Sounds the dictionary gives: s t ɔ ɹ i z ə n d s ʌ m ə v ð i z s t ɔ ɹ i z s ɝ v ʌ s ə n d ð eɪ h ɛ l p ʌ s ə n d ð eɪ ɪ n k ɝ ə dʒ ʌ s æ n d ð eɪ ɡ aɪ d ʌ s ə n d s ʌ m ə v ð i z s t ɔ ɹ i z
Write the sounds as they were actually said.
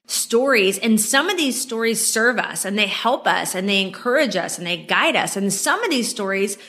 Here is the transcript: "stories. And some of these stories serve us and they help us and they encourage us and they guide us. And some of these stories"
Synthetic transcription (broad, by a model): s t ɔ ɹ i z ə n s ʌ m ə v ð i z s t ɔ ɹ i z s ɝ v ʌ s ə n ð eɪ h ɛ l p ʌ s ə n ð eɪ ɪ n k ɝ ə dʒ ʌ s n ð eɪ ɡ aɪ d ʌ s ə n s ʌ m ə v ð i z s t ɔ ɹ i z